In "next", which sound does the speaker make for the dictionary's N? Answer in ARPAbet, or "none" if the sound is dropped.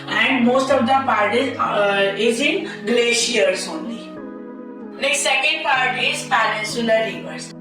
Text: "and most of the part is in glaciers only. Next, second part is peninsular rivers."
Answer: L